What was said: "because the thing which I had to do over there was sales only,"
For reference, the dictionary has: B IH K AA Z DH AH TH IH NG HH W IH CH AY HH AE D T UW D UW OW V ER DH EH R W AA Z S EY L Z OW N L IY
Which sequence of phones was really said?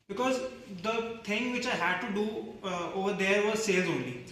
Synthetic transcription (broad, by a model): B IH K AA Z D AH T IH NG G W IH CH AY HH AE D T UW D UW OW V ER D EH R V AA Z S EY L Z OW N L IY